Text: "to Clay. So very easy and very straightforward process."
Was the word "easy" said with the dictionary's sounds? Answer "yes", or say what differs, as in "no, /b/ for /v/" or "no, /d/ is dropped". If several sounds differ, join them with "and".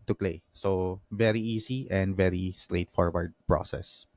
no, /s/ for /z/